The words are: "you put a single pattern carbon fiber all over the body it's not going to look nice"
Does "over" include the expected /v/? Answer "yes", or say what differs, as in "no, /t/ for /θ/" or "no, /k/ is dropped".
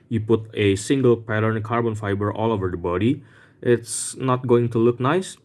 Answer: yes